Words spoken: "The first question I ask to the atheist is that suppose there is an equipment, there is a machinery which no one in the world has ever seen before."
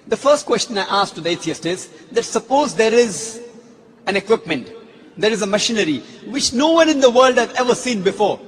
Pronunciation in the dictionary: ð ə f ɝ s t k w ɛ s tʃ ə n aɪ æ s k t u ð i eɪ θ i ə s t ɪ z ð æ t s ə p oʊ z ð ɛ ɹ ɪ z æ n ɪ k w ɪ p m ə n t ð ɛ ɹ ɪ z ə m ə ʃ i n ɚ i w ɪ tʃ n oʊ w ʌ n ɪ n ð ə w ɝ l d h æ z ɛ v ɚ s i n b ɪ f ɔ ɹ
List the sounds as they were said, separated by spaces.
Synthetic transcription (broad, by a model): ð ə f ɝ s t k w ɛ s tʃ ə n aɪ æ s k t u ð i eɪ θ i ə s t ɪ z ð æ t s ə p oʊ z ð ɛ ɹ ɪ z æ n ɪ k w ɪ p m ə n t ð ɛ ɹ ɪ z ə m ə ʃ i n ɚ i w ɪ tʃ n oʊ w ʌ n ɪ n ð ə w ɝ l d h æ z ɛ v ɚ s i n b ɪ f ɔ ɹ